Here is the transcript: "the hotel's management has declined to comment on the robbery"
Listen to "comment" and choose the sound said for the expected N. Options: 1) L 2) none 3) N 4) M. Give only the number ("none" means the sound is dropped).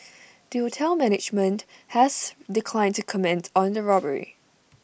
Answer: 3